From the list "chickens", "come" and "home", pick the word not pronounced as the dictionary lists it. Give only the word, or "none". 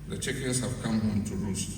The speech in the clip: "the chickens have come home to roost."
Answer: chickens